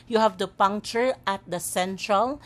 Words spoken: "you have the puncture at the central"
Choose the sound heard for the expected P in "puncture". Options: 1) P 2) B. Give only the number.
1